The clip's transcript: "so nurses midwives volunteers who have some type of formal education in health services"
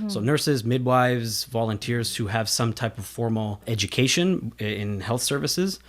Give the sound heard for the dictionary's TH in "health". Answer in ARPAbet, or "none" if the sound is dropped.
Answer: TH